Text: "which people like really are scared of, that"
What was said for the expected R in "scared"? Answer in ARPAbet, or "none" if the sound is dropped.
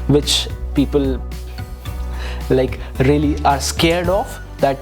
R